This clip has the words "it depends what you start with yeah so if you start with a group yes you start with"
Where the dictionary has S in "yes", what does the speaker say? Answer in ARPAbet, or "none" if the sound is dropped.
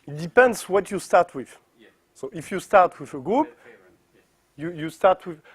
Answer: none